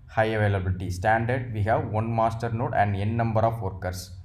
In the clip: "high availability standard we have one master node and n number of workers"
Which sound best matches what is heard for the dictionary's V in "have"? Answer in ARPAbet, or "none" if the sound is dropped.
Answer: V